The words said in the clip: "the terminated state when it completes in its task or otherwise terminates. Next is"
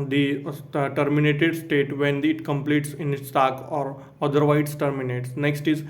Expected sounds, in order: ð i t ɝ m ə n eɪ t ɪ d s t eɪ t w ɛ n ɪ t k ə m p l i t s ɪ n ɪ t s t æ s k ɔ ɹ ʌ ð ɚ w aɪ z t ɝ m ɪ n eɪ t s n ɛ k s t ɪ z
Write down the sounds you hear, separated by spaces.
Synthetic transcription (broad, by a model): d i t ɝ m ə n eɪ t ɪ d s t eɪ t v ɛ n ɪ t k ə m p l i t s ɪ n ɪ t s t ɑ k ɔ ɹ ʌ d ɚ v aɪ s t ɝ m ɪ n eɪ t s n ɛ k s t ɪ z